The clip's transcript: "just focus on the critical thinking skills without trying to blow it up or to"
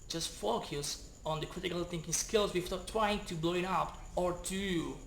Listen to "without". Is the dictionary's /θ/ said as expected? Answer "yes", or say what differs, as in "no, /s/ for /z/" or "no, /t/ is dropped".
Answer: no, /f/ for /θ/